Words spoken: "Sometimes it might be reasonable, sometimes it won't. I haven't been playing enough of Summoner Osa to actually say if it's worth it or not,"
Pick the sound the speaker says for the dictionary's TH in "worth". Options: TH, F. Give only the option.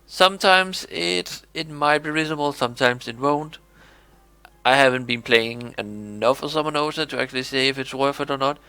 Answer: F